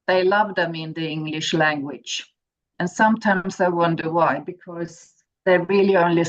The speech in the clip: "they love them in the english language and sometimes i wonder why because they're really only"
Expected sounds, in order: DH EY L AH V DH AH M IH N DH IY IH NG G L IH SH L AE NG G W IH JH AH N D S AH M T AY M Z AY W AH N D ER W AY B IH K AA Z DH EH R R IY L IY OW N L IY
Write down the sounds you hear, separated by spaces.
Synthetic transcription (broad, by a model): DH EY L AH V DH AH M IH N DH IY IH NG G L IH SH L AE NG G W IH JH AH N S AH M T AY M Z AY W AH N D ER W AY B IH K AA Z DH EH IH R IY L IY OW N L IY